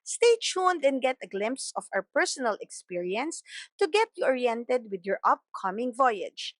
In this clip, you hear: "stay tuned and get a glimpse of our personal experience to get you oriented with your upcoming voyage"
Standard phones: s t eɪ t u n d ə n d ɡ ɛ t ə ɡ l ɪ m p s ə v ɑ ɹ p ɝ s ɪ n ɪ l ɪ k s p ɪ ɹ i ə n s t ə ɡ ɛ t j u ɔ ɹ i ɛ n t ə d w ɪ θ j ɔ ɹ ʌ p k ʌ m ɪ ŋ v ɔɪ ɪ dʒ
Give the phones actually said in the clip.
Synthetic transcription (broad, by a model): s t eɪ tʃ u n d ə n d ɡ ɛ t ə ɡ l ɪ m p s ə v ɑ w p ɝ s ɪ n ɪ l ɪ k s p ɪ ɹ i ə n s t ə ɡ ɛ t j u ɔ ɹ i ɛ n t ə d w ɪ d j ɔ ɹ ʌ p k ʌ m ɪ ŋ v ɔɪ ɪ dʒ